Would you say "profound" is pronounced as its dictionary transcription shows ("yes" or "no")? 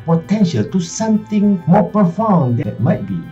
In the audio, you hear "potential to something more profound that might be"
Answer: no